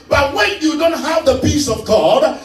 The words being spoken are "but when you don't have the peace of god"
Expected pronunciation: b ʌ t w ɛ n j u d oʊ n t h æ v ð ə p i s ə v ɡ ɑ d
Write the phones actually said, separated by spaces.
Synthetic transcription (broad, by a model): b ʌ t w ɛ n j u d oʊ n t h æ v ð ə p i s ə v ɡ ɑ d